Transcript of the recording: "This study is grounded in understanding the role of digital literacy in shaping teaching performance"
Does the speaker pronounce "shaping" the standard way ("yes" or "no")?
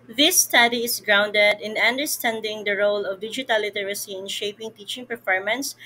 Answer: yes